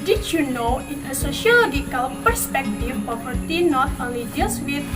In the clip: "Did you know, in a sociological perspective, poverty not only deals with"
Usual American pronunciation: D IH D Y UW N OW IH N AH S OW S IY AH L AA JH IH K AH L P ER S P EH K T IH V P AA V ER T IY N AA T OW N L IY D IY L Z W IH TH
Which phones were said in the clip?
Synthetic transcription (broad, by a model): D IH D Y UW N OW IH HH AH S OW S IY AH L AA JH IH K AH L P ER S P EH K T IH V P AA P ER T IY N AA T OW L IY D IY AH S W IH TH